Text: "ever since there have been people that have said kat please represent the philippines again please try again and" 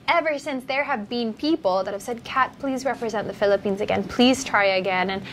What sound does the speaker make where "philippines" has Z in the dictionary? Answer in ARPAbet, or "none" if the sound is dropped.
Z